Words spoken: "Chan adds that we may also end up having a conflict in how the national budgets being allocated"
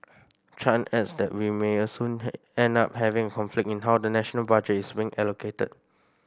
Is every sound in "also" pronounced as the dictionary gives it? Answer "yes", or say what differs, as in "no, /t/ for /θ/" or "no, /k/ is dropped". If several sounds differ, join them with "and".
no, /l/ is dropped